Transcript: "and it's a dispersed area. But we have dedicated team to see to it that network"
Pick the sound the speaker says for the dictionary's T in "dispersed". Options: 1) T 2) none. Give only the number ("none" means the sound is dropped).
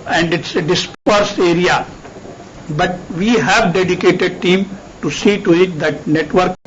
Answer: 2